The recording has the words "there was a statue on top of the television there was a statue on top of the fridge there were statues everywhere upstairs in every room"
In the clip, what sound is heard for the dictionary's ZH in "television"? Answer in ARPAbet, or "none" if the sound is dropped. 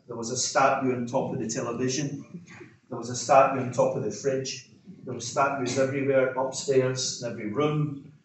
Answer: ZH